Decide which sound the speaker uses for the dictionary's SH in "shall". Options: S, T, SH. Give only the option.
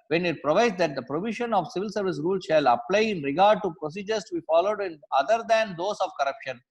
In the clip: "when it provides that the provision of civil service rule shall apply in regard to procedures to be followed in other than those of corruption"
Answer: SH